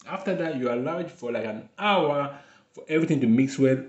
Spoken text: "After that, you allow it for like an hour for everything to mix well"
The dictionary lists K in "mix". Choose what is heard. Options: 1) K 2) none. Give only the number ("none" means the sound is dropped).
1